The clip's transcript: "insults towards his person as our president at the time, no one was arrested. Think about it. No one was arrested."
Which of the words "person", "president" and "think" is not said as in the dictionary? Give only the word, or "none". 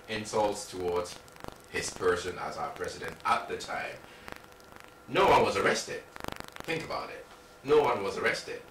none